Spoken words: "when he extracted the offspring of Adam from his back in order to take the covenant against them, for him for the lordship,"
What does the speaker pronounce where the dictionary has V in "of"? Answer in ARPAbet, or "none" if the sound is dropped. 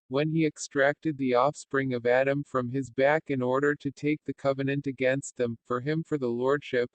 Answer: V